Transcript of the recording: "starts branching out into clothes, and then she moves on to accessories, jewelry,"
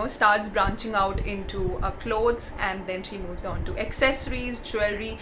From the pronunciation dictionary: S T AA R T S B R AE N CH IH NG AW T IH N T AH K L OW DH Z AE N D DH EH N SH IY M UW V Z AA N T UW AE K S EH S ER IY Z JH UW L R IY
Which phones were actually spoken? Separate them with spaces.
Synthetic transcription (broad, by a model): S T AA R T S B R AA N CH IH NG AW T IH N T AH K L OW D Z AE N D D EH N SH IY M UW V Z AA N T UW AE K S EH S ER IY Z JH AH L R IY